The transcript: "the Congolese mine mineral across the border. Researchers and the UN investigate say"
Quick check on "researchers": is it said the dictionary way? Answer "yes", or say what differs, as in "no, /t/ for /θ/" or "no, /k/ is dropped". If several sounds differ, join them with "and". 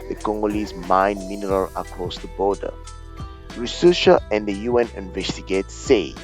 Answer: no, /ʃ/ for /tʃ/ and /z/ is dropped